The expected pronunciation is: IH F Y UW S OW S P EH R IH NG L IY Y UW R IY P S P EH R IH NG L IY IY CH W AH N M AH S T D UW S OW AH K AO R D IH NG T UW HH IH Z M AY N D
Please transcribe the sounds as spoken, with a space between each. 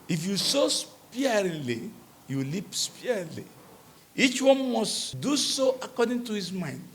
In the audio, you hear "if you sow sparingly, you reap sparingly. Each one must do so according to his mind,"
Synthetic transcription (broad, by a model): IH F Y UW S OW S P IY IH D L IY Y UW L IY P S P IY IH L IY IY CH W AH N M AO S T D UW S OW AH K AO D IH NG T UW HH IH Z M AY N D